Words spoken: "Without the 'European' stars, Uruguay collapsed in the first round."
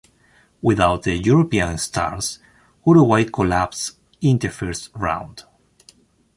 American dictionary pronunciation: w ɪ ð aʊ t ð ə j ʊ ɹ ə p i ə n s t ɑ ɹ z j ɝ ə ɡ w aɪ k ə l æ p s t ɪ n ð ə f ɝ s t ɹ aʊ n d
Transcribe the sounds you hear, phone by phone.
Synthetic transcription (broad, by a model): w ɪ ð aʊ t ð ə j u ɹ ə p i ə n s t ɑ ɹ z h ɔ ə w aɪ k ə l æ p s ɪ n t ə f ɝ s t ɹ aʊ n d